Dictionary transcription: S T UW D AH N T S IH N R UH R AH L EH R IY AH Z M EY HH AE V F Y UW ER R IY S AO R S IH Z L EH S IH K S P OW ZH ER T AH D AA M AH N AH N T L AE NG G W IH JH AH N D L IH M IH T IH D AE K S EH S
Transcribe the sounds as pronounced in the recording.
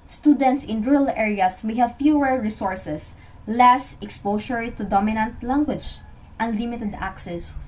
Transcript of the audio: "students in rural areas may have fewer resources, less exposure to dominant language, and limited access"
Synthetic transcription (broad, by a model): S T UW D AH N T S IH N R R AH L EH R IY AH S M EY HH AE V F Y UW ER R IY S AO R S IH S L EH S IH K S P OW SH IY T AH D AA M AH N AH N T L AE NG G W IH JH AH N D L IH M IH T IH D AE K S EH S